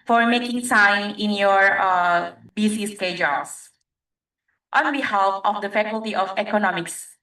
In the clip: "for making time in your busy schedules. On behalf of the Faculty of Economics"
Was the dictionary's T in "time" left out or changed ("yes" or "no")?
yes